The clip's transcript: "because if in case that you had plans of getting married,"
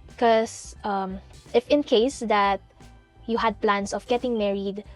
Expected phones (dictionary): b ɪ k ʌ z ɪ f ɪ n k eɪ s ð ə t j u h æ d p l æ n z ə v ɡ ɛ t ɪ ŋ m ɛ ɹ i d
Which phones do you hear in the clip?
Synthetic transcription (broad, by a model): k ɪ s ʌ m ɪ f ɪ n k eɪ s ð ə t j u h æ d p l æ n s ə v ɡ ɛ t ɪ ŋ m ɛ ɹ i d